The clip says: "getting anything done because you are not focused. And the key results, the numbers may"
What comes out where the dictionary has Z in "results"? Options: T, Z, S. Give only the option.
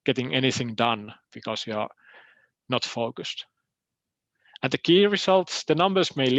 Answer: S